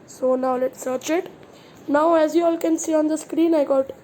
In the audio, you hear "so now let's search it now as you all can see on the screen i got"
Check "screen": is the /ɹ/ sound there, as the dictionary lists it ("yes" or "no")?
yes